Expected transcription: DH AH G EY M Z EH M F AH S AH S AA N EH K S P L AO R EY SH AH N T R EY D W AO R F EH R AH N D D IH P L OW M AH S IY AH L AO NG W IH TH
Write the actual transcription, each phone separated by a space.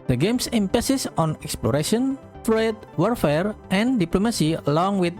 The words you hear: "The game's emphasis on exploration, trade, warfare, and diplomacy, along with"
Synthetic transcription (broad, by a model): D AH G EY M S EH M P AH S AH S AA N EH K S P L AO R EY SH AH N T R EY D W AO R F EH R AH N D D IH P L OW M AH S IY AH L AO NG W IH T